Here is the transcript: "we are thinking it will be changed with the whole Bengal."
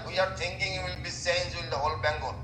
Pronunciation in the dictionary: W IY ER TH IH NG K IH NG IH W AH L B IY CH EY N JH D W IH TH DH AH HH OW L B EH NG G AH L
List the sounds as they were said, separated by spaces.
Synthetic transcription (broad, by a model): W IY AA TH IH NG K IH NG IH W AH L B IY S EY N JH W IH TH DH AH HH OW L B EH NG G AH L